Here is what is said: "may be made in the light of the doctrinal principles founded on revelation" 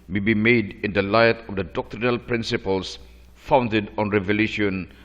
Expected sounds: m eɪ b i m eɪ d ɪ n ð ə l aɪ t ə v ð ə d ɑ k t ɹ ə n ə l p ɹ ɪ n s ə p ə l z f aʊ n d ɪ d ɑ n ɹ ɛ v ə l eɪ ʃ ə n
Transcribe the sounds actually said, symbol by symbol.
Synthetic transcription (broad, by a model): m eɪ b i m eɪ d ɪ n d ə l aɪ t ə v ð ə d ɑ k t ɹ ə n ə l p ɹ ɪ n s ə p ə l s f aʊ n d ɪ d ɑ n ɹ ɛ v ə l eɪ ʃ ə n